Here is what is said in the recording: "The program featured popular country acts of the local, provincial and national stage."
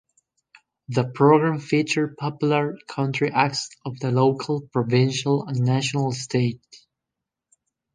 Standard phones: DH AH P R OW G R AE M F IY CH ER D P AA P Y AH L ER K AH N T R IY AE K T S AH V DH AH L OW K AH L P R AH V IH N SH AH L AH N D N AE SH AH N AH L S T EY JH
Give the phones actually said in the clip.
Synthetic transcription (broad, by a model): DH AH P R OW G R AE M F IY CH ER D P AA P Y L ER K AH N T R IY AE K T S AH V DH AH L OW K AH L P R AH V IH N SH AH L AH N N AE SH AH N AH L S T EY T